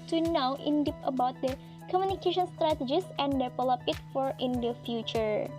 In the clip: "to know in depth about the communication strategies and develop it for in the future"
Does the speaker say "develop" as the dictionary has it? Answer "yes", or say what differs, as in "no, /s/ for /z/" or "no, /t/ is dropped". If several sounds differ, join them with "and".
no, /p/ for /v/